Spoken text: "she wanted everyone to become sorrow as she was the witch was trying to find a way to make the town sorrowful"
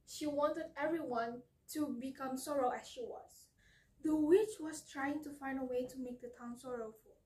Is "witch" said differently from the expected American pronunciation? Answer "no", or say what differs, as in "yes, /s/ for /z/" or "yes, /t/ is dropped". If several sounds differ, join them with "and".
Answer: no